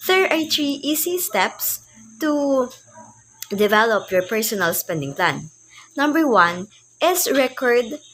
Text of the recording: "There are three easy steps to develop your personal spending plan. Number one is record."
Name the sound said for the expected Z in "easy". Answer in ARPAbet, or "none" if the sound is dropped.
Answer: S